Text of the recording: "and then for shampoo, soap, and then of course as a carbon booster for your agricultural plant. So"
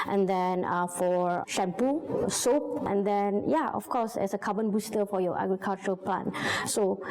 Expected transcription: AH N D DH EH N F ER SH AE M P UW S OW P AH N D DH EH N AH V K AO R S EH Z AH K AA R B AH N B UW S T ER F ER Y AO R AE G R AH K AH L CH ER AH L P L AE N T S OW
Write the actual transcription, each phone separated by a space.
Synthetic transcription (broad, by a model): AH N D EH N F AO SH AE M P UW S OW P AH N D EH N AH F K AO S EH S AH K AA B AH N B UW S T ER F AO Y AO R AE G R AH K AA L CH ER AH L P L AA N S OW